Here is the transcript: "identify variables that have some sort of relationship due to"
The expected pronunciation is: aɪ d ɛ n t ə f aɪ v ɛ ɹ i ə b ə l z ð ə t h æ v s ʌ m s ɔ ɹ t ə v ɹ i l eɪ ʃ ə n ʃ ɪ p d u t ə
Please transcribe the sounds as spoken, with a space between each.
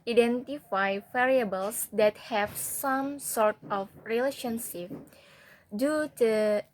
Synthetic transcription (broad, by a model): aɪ d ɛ n t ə f aɪ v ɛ ɹ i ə b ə l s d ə t h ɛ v s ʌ m s ɔ ɹ t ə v ɹ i l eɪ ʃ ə n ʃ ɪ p d u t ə